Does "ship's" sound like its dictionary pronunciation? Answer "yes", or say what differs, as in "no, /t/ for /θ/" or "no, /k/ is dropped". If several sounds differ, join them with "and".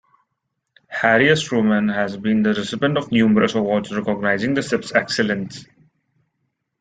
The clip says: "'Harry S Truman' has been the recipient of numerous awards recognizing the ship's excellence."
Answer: no, /s/ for /ʃ/